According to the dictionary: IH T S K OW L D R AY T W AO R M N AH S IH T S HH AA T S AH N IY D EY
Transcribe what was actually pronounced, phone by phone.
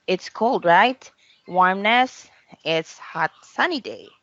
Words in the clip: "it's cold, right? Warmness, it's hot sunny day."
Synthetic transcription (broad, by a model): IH T S K OW L D R AY T W AO R M N AH S IH T S HH AA T S AH N IY D EY